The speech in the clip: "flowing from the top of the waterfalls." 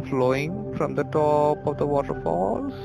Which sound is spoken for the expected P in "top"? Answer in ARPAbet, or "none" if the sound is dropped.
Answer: P